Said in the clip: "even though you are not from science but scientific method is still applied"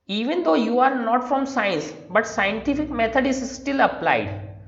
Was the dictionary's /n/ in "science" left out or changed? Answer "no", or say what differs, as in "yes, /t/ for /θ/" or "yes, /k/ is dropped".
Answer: no